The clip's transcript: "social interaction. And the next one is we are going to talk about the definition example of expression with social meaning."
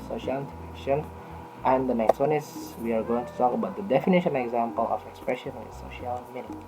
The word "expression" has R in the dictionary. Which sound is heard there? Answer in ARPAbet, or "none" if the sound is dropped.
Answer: R